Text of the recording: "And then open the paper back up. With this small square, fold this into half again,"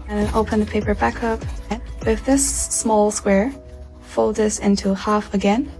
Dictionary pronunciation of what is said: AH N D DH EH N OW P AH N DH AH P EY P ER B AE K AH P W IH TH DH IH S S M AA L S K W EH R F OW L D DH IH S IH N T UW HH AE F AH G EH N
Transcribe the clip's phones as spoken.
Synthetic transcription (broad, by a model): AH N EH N OW P AH N DH AH P EY P ER B AE K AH P W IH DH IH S S M AA L S K W EH R F OW L D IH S IH N T UW HH AE F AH G EH N